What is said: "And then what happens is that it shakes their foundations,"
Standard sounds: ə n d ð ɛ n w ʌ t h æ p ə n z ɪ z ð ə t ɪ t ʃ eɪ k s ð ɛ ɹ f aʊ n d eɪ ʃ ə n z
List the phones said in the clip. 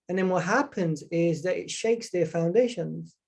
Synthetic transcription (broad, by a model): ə n ð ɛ n w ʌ t h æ p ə n z ɪ z ð ə t ɪ t ʃ eɪ k s ð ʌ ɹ f aʊ n d eɪ ʃ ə n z